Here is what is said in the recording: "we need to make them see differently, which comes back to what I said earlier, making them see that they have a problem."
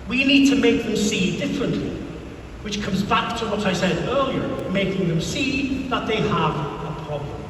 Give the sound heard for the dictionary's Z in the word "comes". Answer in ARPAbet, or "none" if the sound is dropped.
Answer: Z